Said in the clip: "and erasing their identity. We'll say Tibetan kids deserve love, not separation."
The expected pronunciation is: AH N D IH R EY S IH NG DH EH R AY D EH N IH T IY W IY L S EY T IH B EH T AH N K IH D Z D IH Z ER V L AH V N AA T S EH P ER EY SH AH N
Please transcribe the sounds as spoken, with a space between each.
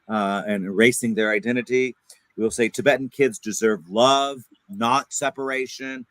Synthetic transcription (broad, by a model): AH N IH R EY S IH NG DH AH R AY D EH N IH T IY W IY L S EY T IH B EH T N K IH D Z D IH Z ER V L AH V N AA T S EH P ER EY SH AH N